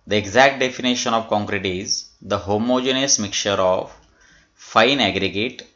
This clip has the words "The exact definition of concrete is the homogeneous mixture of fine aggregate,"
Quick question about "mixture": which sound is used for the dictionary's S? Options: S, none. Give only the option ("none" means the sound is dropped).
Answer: none